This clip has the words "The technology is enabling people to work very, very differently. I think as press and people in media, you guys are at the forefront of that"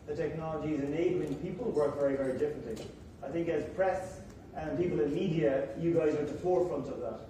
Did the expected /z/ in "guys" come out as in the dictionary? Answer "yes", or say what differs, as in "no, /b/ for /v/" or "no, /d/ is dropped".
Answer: yes